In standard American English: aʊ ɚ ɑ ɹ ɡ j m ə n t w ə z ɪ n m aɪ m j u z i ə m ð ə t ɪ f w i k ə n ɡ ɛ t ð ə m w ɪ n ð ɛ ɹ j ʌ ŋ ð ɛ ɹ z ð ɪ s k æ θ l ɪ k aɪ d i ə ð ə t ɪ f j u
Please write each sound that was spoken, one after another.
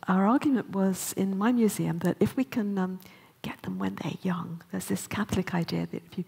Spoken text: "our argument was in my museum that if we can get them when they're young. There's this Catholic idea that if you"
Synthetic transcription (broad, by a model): aʊ ɚ ɑ ɹ ɡ j m ə n t w ə z ɪ n m aɪ m j u z i ə m ð ə t ɪ f w i k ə n ɡ ɛ t ð ə m w ɪ n ð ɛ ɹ j ʌ ŋ ð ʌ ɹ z ð ɪ s k æ θ l ɪ k aɪ d i ə ð ə t ɪ f j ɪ